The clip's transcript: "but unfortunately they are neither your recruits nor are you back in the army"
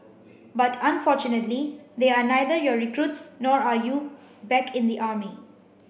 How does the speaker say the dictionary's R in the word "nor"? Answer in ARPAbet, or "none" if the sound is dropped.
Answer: R